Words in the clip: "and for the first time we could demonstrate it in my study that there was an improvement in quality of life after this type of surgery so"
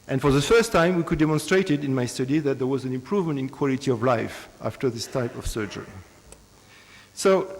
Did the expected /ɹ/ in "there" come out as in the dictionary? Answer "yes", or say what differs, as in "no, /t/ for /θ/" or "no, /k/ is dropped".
yes